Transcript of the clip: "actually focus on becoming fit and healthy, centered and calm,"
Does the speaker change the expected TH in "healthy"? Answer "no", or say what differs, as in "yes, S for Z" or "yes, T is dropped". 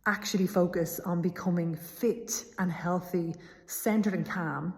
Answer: no